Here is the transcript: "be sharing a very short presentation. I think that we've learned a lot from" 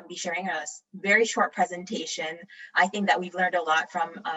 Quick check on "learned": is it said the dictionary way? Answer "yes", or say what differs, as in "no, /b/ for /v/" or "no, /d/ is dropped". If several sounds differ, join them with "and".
yes